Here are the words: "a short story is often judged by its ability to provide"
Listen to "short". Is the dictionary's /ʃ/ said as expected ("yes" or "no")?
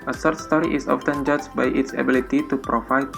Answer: no